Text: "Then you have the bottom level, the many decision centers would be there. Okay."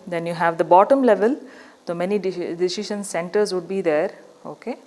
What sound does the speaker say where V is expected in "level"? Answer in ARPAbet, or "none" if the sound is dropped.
V